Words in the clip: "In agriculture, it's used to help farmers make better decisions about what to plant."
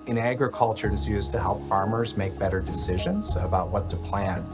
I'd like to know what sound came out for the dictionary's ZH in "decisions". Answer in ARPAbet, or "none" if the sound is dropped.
ZH